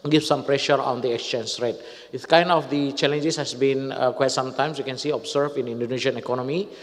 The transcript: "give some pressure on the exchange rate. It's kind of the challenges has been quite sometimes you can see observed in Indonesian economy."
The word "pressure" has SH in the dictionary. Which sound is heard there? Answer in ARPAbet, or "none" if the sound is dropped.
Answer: SH